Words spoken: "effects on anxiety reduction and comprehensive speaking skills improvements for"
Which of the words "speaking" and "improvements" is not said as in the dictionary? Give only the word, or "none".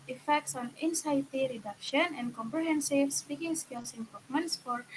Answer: improvements